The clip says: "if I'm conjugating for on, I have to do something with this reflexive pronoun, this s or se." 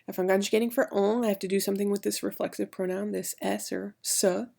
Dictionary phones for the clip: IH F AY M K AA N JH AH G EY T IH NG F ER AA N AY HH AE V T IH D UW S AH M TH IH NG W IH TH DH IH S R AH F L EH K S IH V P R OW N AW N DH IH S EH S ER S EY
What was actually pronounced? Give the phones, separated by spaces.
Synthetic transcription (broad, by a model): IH F AY M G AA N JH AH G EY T IH NG F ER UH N AY HH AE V T IH D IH S AH M TH IH NG W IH DH IH S R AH F L EH K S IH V P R OW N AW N DH IH S EH S ER S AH